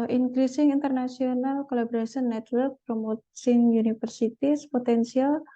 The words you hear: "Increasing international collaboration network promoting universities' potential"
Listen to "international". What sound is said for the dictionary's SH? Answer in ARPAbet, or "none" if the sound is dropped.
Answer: S